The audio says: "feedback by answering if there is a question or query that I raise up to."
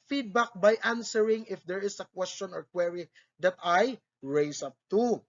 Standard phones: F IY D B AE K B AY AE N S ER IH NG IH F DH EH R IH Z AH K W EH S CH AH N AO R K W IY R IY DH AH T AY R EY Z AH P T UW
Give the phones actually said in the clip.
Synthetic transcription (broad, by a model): F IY D B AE K B AY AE N S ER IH NG IH F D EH R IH S AH K W EH S CH AH N AO R K W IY R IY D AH T AY R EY S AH P T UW